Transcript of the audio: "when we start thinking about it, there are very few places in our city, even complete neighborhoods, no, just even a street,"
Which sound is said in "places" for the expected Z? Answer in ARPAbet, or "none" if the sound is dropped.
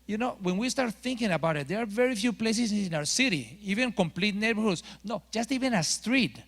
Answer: S